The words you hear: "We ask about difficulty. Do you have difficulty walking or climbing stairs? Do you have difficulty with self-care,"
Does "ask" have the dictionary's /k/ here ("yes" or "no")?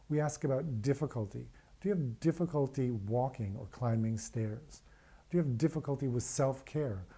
yes